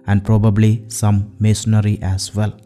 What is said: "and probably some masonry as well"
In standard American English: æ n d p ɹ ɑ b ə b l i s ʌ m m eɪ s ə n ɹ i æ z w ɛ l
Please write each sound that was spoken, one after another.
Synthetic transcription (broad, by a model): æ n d p ɹ ɑ b ə b l i s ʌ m m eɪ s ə ɹ i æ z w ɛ l